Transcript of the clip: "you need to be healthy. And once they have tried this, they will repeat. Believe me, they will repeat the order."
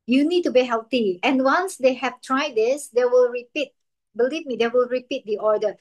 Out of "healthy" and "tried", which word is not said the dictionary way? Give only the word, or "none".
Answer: healthy